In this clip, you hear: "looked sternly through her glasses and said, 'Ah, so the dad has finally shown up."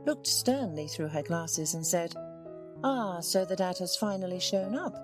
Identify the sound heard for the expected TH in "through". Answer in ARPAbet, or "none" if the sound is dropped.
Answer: TH